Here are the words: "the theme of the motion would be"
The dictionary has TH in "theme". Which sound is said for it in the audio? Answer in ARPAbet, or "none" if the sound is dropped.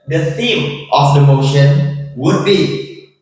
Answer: S